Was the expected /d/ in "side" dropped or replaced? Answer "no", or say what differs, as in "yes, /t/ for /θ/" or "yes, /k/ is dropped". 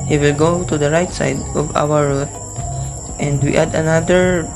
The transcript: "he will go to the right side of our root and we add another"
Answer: no